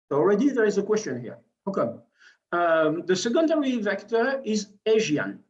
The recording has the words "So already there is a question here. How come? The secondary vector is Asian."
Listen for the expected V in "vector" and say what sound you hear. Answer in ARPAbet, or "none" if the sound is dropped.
V